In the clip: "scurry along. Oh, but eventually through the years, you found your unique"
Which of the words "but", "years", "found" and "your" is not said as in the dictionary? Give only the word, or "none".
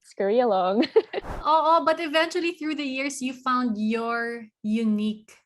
years